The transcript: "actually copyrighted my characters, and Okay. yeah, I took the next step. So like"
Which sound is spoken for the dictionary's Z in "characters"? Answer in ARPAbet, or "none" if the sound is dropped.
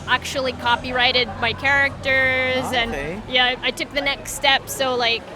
Z